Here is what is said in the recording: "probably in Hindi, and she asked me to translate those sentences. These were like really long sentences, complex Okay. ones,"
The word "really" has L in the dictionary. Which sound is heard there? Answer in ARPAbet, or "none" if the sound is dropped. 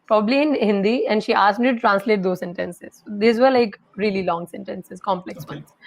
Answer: L